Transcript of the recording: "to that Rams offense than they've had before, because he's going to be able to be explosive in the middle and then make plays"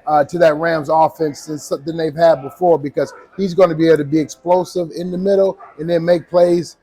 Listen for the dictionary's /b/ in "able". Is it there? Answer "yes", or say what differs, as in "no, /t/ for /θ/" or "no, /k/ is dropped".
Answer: no, /b/ is dropped